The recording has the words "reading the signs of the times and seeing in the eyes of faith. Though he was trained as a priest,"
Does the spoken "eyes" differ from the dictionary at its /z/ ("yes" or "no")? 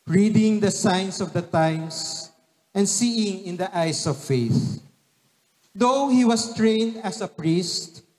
yes